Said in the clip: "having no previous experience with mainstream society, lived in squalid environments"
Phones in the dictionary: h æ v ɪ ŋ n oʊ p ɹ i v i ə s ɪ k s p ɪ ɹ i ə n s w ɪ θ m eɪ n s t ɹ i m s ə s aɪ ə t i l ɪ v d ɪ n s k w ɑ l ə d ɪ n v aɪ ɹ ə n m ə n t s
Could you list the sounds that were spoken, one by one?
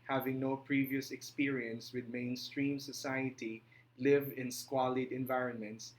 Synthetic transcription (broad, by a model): h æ v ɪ ŋ n oʊ p ɹ i v i ə s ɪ k s p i ɹ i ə n s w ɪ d m eɪ n s t ɹ i m s ə s aɪ ə t i l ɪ v ɪ n s k w ɑ l ə d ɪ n v aɪ ɹ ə n m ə n t s